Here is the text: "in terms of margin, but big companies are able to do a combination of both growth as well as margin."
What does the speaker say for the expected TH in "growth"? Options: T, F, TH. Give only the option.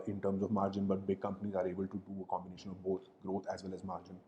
T